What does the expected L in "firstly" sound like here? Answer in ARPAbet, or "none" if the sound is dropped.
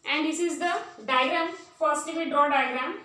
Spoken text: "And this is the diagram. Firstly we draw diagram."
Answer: none